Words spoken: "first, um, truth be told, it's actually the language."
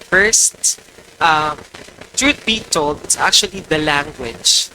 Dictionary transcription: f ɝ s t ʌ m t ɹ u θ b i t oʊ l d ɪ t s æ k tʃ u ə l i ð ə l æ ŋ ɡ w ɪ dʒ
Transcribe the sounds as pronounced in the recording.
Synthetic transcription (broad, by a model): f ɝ s t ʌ m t ɹ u t b i t oʊ l d ɪ t s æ k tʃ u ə l i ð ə l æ ŋ ɡ w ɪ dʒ